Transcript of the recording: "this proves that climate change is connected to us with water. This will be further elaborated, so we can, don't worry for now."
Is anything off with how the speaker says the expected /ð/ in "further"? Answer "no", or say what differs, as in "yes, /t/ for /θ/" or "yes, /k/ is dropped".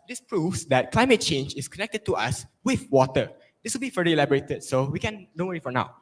yes, /ð/ is dropped